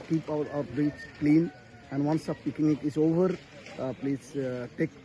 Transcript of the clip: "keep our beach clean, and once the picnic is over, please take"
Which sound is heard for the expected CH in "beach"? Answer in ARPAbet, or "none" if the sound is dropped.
S